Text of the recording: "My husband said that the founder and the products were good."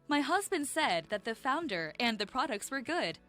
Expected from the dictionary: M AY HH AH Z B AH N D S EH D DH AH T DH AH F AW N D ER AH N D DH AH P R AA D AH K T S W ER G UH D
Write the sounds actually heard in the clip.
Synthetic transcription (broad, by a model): M AY HH AH Z B AH N D S EH D DH AH T DH AH F AW N D ER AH N DH AH P R AA D AH K T S W ER G UH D